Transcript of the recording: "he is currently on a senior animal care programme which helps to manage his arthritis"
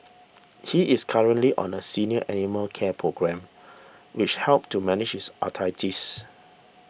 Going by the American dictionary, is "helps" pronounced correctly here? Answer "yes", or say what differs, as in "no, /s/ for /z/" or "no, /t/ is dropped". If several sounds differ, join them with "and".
no, /s/ is dropped